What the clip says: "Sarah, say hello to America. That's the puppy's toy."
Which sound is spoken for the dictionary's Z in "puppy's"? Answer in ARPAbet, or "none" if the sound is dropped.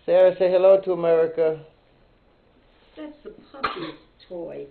S